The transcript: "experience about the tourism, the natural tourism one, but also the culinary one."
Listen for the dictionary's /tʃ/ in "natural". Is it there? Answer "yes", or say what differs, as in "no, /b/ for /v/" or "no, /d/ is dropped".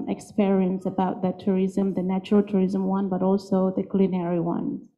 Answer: yes